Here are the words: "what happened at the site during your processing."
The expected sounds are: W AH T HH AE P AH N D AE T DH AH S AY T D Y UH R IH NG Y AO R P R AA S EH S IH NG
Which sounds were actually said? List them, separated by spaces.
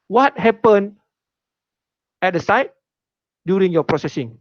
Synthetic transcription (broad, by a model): W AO T HH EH P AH N EH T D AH S AY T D Y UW R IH NG Y AO P R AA S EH S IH NG